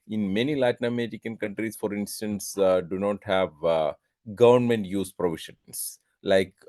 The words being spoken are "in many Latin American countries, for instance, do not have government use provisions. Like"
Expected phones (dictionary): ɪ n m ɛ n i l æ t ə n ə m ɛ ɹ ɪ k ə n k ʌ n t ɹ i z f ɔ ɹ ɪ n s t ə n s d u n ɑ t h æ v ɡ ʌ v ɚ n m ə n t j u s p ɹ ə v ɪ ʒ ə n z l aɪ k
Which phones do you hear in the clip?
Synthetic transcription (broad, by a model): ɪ n m ɛ n i l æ t n ə m ɛ ɹ ɪ k ə n k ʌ n t ɹ i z f ɔ ɹ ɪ n s t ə n s d u n ɑ t h æ v ɡ ʌ v ɚ n m ə n t j u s p ɹ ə v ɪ ʃ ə n s l aɪ k